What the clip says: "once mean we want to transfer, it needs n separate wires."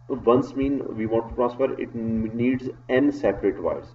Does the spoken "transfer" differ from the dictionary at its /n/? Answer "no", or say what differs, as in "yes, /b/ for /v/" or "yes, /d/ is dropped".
yes, /n/ is dropped